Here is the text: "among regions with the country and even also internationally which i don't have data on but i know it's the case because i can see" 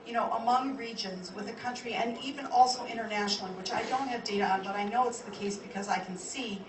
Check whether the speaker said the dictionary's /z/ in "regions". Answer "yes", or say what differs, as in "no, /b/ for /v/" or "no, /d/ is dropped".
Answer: yes